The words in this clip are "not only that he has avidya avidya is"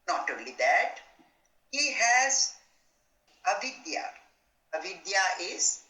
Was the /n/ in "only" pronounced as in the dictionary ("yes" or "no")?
no